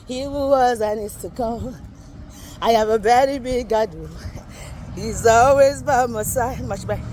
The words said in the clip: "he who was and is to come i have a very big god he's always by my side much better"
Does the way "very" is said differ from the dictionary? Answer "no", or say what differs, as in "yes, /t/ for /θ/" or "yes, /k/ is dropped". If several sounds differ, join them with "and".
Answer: yes, /b/ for /v/